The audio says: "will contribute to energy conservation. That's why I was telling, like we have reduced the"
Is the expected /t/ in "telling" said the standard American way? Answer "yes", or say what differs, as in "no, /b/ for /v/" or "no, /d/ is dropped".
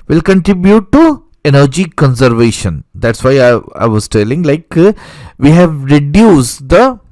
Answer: yes